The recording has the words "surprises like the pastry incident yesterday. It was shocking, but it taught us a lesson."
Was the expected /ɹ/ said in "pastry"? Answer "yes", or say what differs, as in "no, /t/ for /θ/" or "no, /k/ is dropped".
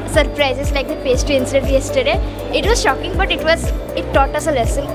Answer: no, /ɹ/ is dropped